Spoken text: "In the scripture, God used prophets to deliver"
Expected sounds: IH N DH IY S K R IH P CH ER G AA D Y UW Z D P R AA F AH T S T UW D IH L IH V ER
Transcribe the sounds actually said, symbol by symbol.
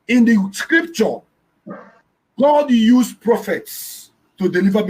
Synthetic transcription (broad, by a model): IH N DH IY S K R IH P CH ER G AA D Y UW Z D P R AA F AH T S T UW D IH L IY V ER